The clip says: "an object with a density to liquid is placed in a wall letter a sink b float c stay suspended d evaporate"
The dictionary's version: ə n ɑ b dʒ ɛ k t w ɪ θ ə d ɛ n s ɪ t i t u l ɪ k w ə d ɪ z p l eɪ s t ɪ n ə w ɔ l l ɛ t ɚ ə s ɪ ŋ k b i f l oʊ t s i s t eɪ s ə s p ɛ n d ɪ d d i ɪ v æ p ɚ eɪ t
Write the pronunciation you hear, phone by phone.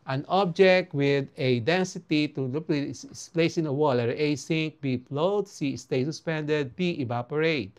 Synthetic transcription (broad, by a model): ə n ɑ b dʒ ɛ k t w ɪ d ə d ɛ n s ɪ t i t u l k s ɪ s p l eɪ s ɪ n ə w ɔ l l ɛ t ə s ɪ ŋ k b i p l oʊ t s i s t eɪ s ə s p ɛ n d ɪ d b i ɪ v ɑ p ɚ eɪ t